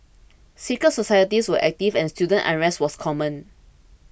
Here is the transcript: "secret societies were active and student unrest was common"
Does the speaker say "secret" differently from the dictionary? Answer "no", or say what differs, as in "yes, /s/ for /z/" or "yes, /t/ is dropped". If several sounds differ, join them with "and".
yes, /ɹ/ is dropped